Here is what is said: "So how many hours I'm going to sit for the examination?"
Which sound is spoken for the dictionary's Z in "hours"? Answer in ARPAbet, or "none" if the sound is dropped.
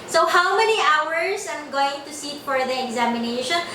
S